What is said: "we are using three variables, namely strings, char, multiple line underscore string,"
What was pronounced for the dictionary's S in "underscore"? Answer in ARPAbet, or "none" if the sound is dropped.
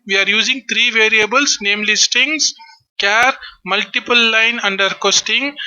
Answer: none